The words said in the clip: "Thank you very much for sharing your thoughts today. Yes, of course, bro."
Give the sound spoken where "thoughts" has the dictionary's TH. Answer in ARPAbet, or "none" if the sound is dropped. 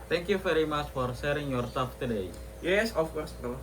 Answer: S